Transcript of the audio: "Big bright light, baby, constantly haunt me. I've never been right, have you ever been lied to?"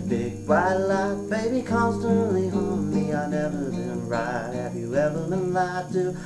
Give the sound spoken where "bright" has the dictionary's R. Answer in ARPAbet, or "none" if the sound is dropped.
none